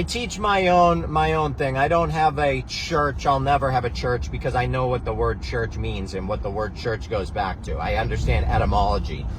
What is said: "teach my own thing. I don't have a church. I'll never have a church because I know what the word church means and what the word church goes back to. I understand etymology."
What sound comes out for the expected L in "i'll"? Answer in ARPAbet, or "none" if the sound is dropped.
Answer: L